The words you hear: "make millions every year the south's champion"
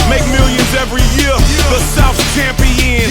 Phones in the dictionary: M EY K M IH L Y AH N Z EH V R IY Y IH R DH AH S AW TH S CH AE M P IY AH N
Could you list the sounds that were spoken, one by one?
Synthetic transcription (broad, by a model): M EY K M IH L Y AH N Z EH V R IY Y IH R DH AH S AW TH CH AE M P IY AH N